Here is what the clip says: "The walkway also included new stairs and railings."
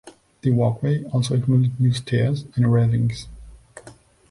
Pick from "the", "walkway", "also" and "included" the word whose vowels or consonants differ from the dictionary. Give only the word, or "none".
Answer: included